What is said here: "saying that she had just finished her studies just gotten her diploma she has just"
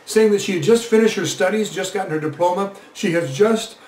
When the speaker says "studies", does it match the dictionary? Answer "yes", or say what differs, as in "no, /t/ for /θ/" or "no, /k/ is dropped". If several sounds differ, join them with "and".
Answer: yes